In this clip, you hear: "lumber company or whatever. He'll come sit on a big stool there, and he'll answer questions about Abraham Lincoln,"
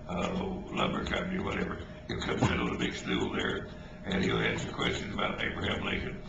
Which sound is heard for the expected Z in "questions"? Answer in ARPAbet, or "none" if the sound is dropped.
Z